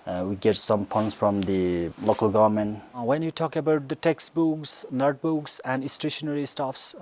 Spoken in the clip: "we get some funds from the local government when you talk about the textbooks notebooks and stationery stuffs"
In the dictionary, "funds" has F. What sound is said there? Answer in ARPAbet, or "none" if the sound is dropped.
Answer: P